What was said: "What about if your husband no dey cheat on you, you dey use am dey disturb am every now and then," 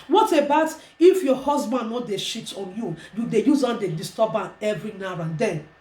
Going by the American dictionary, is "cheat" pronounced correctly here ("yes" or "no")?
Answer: no